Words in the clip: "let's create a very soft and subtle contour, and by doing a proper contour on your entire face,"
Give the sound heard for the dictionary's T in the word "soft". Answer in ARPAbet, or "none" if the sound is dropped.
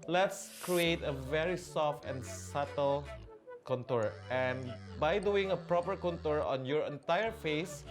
T